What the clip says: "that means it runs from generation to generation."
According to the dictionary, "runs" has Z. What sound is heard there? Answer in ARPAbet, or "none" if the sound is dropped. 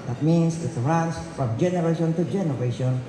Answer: S